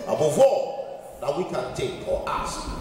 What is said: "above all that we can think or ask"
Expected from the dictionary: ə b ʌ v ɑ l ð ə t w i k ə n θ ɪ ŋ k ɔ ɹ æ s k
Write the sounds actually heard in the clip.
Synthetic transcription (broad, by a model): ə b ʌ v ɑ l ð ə t w i k ə n t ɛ k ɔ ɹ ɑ s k